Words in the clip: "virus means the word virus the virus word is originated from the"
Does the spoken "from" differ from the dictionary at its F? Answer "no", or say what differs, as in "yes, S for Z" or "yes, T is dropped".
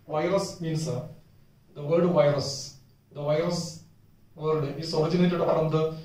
yes, P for F